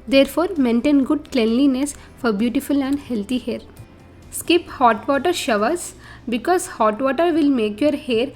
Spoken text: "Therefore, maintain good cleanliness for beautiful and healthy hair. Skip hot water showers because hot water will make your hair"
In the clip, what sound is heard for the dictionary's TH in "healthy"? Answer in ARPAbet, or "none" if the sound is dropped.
T